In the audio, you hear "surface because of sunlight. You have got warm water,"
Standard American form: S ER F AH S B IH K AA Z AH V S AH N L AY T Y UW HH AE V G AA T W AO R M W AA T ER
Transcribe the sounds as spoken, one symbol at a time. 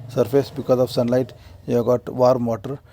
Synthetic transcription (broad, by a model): S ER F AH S B IH K AA Z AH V S AH N L AY T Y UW G AA T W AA R M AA T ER